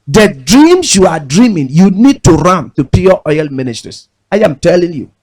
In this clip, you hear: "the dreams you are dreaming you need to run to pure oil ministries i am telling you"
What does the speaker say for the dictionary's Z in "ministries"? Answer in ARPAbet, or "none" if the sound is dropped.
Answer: S